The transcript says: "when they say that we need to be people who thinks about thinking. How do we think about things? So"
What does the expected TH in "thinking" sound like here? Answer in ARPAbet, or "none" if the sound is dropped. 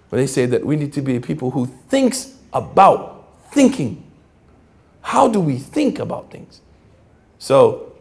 TH